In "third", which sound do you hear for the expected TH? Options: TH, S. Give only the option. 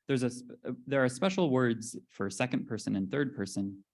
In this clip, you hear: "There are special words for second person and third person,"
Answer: TH